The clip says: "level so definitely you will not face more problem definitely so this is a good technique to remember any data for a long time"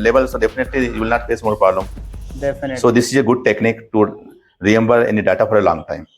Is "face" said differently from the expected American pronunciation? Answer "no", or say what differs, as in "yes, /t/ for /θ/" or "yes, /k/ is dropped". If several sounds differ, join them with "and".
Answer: yes, /p/ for /f/